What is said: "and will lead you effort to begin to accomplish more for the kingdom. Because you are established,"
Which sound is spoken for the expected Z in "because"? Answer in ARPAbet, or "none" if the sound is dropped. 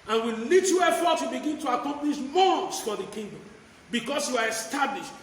S